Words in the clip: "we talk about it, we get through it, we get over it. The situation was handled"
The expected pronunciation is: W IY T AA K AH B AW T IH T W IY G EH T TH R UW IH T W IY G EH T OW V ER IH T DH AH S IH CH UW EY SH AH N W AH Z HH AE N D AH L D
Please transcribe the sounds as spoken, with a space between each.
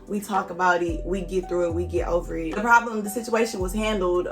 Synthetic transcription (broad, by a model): W IY T AA K AH B AW T IH T W IY G EH T TH R UW IH T W IY G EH T OW V ER IH T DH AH S IH CH UW EY SH AH N W AH Z HH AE N D L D